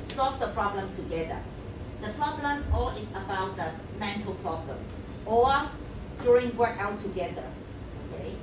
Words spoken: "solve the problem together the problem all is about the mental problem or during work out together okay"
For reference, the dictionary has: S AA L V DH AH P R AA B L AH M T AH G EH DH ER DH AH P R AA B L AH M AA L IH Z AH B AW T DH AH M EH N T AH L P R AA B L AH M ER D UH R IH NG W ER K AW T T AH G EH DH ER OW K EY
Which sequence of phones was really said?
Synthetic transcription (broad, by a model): S AA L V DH AH P R AA B L AH M T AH G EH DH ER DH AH P R AA B L AH M AA L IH S AH B AW T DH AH M EH N T AH L P R AA B L AH M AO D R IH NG W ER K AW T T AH G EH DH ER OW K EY